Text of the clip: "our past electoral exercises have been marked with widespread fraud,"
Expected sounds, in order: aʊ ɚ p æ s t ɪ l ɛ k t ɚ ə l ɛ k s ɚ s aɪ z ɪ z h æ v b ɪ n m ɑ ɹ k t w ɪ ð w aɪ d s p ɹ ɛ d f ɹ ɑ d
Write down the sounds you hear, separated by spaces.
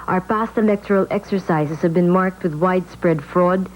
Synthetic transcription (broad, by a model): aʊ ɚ p æ s t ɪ l ɛ k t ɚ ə l ɛ k s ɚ s aɪ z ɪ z h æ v b ɪ n m ɑ ɹ k t w ɪ ð w aɪ d s p ɹ ɛ d f ɹ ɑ d